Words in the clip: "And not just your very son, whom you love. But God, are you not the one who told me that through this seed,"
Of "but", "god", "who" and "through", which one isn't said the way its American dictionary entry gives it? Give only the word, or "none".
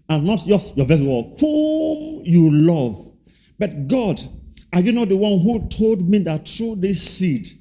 through